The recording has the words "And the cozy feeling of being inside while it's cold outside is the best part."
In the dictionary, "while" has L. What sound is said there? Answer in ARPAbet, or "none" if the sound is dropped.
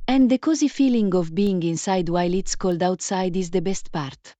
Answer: L